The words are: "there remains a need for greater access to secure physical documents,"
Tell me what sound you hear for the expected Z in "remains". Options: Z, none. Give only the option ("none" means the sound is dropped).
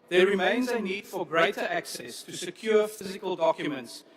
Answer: Z